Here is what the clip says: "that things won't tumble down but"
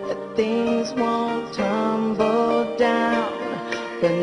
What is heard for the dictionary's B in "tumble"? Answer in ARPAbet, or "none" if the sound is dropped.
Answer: B